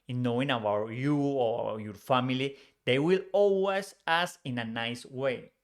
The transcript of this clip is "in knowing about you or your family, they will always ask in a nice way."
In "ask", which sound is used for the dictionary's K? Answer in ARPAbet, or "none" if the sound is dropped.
none